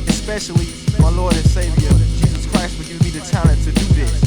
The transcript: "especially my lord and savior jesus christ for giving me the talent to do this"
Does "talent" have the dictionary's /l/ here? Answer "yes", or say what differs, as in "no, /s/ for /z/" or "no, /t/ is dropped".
no, /n/ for /l/